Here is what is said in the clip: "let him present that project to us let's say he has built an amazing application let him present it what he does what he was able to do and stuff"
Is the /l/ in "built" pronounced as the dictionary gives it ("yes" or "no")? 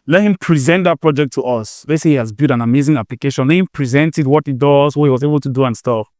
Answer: no